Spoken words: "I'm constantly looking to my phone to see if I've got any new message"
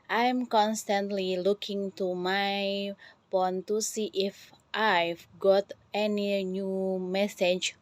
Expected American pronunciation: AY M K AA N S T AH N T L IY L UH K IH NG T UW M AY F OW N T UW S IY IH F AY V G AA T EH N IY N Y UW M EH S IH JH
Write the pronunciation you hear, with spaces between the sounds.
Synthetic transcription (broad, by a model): AY M K AA N S T AH N T L IY L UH K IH NG T UW M AY P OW N T UW S IY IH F AY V G AA T EH N IY N Y UW M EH S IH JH